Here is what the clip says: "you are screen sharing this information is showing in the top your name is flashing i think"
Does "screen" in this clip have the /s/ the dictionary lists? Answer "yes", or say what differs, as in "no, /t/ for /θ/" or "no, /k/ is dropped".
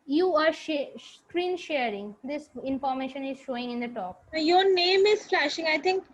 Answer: no, /ʃ/ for /s/